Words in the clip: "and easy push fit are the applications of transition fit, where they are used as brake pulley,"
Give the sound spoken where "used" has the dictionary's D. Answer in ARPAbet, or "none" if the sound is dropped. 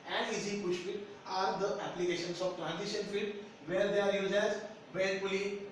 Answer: none